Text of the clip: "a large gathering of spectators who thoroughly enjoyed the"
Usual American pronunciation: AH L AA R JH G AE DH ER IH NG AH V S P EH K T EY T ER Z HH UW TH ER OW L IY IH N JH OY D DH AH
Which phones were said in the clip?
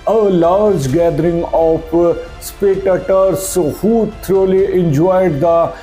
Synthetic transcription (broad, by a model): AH L AA R JH G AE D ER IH NG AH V S P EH T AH T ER S HH UW T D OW L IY IH N JH OY D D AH